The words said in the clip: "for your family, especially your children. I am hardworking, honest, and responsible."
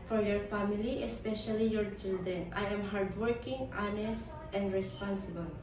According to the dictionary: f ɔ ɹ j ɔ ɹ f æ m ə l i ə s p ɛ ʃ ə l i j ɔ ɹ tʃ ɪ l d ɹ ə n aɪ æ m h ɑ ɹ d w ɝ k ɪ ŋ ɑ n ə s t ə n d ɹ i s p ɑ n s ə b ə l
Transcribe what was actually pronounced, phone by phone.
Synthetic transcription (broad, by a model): f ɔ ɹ j ɔ ɹ f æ m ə l i ə s p ɛ ʃ ə l i j ɔ ɹ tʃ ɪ l d ɹ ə n aɪ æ m h ɑ ɹ d w ɝ k ɪ ŋ ɑ n ə s t ə n d ɹ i s p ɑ n s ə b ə l